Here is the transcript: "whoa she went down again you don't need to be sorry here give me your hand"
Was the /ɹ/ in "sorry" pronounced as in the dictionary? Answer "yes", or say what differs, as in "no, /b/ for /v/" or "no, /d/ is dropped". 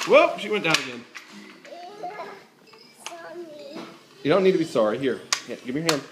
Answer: yes